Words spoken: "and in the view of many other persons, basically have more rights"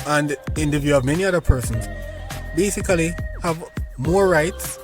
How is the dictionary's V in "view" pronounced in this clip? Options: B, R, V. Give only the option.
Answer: V